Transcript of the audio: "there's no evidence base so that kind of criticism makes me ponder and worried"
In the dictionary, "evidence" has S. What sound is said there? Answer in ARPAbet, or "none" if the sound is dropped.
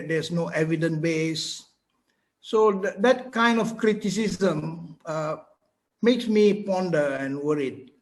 none